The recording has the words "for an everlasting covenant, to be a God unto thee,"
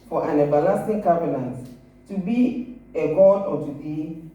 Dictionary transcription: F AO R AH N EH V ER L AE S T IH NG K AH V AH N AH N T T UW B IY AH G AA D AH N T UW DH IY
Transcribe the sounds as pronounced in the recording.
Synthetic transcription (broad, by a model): F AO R AH N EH B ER L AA S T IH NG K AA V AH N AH N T T UW B IY AH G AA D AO T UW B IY